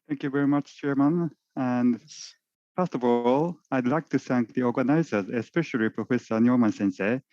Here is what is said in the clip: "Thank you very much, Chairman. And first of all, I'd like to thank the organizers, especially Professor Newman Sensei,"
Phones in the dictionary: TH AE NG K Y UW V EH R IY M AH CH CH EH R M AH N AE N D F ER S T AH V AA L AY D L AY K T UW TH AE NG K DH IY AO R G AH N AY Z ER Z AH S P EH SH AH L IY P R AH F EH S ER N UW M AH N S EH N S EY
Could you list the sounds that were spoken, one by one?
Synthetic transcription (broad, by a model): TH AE NG K Y UW V EH R IY M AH CH CH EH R M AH N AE N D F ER S T AH V AA L AY D L AY K T UW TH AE NG K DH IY AO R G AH N AY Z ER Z AH S P EH SH AH L IY P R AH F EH S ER N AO M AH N S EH N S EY